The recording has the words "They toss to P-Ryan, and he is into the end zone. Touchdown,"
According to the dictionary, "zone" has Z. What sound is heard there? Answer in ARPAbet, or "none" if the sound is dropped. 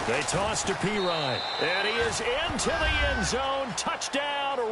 Z